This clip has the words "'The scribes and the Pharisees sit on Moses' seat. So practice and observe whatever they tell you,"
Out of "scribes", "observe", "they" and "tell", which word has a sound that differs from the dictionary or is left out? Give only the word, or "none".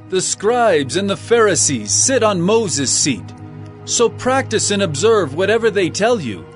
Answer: none